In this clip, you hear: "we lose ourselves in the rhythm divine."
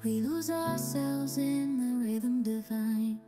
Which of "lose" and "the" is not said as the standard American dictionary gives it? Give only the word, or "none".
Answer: none